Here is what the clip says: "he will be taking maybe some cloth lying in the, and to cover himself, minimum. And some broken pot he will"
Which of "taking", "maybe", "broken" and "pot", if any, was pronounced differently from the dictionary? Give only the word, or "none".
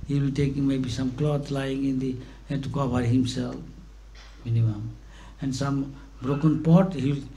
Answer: none